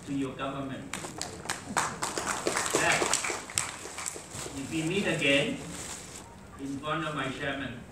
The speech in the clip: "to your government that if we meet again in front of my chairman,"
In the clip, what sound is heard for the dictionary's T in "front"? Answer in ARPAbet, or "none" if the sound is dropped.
none